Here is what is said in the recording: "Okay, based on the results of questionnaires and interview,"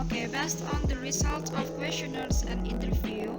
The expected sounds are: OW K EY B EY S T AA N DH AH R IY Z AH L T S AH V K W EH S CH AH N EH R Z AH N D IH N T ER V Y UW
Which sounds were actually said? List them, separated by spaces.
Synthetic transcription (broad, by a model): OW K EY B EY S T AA N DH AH R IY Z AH L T AH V K W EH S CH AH N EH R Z AH N D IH N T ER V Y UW